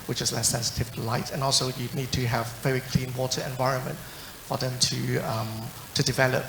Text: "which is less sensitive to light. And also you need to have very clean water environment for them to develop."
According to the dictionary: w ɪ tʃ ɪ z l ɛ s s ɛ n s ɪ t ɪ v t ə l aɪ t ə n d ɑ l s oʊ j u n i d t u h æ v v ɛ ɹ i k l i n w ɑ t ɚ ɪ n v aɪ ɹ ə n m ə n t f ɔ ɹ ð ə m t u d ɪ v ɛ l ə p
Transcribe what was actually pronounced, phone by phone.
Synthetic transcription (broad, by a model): w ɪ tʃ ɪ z l ɛ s s ɛ n s ɪ t ɪ v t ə l aɪ t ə n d ɑ l s oʊ j u n i d t u h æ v v ɛ ɹ i k l i n w ɑ t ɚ ɪ n v aɪ ɹ ə n m ə n t f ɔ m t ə m t u d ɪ v ɛ l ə p